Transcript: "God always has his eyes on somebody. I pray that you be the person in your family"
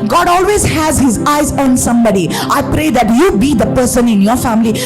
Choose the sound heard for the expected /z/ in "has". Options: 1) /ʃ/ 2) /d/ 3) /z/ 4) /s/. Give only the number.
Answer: 3